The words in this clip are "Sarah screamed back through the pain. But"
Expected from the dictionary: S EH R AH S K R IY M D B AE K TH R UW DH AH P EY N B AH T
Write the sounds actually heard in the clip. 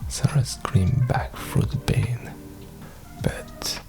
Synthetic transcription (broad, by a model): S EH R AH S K R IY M B AE K F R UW DH AH B EY N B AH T